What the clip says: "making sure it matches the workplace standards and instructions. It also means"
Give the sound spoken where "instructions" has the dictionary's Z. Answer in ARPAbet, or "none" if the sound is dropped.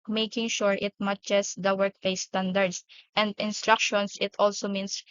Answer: S